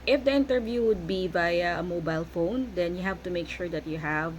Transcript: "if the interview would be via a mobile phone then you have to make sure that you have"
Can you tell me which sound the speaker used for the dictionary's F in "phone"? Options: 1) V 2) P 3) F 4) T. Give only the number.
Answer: 3